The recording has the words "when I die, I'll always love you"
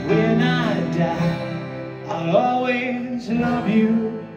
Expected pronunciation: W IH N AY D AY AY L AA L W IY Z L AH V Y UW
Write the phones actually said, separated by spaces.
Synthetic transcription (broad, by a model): W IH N AY D AY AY AA L W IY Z N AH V Y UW